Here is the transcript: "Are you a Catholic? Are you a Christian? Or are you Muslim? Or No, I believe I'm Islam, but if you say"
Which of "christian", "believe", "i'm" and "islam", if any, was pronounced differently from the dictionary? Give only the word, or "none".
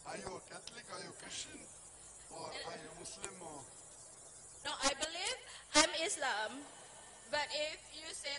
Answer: christian